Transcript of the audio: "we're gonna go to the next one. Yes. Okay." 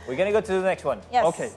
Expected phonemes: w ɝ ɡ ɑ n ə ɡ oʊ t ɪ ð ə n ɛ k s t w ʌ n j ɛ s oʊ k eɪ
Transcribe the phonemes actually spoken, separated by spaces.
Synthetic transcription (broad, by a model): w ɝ ɡ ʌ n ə ɡ oʊ t ɪ ð ə n ɛ k s t w ʌ n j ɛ oʊ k eɪ